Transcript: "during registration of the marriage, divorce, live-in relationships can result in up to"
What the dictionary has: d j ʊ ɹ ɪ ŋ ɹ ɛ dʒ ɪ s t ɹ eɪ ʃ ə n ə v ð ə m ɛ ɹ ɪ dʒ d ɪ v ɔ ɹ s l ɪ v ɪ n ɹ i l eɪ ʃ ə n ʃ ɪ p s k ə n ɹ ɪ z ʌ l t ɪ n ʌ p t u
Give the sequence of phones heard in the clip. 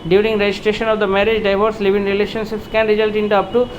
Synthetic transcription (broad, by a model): d j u ɹ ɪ ŋ ɹ ɛ dʒ ɪ s t ɹ eɪ ʃ ə n ə v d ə m ɛ ɹ ɪ dʒ d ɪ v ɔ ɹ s l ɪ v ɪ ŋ ɹ i l eɪ ʃ ə n ʃ ɪ p s k ə n ɹ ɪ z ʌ l t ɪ n ʌ p t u